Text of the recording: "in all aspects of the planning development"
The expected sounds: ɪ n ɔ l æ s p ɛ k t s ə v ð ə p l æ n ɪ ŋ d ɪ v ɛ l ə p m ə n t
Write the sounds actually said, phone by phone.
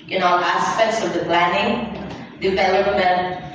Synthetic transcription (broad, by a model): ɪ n ɔ n æ s p ɛ k t s ə v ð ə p l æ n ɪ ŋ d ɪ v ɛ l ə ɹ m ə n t